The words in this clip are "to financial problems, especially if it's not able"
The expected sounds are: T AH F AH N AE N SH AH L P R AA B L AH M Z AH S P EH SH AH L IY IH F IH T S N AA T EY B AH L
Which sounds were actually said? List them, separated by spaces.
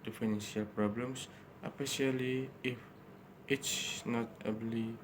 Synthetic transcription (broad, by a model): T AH F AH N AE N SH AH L P R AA B L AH M S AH P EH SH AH L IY IH F IH T S N AA T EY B L